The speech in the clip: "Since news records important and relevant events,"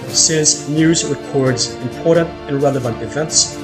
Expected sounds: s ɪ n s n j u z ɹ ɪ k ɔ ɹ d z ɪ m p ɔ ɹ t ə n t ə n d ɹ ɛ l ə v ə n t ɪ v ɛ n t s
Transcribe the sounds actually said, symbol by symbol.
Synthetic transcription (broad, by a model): s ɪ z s n j u z ɹ ɪ k ɔ ɹ d z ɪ m p ɔ ɹ t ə n t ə n ɹ ɛ l ə v ə n t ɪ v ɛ n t s